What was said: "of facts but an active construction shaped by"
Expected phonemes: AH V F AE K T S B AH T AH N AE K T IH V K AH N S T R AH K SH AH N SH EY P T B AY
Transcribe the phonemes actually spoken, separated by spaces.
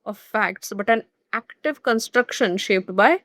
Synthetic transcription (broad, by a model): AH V F AE K T S B AH T AH N AE K T IH V K AH N S T R AH K SH AH N SH EY P T B AY